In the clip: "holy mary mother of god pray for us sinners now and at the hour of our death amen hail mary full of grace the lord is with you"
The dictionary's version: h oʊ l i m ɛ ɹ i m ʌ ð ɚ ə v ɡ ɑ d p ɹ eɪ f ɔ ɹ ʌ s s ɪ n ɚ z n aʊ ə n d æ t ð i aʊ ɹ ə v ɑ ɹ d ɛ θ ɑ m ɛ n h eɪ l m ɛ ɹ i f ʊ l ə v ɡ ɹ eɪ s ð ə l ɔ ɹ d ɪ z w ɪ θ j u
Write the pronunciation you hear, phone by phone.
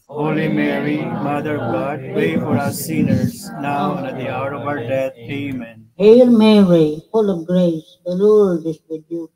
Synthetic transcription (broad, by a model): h oʊ l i m ɛ ɹ i m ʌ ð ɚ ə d ɡ ɑ d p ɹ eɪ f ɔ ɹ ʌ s s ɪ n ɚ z n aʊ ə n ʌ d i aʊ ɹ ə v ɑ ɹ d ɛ t ɑ m ɛ n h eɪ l m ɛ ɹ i f ʊ l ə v ɡ ɹ eɪ s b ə l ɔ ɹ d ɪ s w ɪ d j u